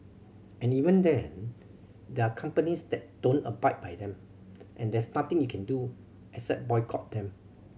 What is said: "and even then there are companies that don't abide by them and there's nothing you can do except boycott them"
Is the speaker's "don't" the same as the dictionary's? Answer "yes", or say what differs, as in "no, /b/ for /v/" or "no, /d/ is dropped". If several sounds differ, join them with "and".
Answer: yes